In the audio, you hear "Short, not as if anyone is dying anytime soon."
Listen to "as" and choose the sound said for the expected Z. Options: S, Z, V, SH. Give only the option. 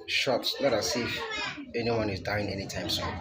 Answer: S